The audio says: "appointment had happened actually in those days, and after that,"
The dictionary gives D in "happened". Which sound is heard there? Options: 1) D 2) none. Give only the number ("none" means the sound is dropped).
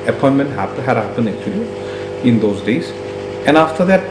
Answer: 2